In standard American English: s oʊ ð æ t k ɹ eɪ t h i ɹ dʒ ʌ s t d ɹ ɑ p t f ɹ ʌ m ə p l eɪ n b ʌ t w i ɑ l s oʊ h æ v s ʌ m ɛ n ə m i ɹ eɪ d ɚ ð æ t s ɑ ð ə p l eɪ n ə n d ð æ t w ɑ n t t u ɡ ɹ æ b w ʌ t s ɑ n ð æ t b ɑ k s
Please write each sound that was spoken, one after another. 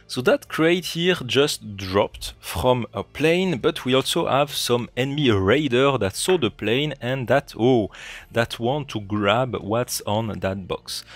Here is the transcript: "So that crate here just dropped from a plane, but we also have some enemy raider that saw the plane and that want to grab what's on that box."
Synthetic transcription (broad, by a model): s oʊ ð æ t k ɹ eɪ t h i ɹ dʒ ʌ s t d ɹ ɑ p t f ɹ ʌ m ə p l eɪ n b ʌ t w i ɑ l s oʊ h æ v s ʌ m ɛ n m i ɹ eɪ d ɚ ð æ t s ɑ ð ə p l eɪ n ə n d ð æ t w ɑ n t t u ɡ ɹ æ b w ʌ t s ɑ n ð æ t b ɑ k s